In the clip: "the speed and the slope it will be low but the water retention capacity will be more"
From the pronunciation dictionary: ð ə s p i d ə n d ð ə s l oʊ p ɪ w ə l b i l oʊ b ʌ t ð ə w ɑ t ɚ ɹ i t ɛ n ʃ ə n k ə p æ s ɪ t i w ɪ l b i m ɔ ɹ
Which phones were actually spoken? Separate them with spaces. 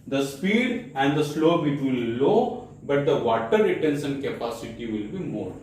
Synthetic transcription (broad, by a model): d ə s p i d ə n d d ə s l oʊ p ɪ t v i l oʊ b ʌ t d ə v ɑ t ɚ ɹ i t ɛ n s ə n k ə p æ s ɪ t i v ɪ l b i m ɔ ɹ